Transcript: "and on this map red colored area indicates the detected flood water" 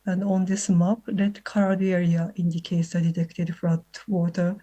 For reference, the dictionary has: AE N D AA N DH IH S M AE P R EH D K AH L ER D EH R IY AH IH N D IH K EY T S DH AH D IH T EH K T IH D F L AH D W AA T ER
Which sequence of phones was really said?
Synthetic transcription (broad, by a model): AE N D AA N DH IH S M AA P L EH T K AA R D EH R IY AH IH N D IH K EY T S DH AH D IH T EH K T IH D F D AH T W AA T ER